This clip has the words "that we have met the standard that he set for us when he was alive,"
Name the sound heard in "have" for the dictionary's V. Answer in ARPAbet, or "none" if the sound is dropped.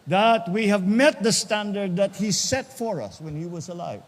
V